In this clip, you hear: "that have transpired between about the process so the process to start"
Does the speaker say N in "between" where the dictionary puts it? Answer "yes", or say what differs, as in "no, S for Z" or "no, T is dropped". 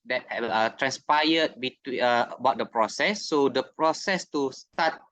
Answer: no, N is dropped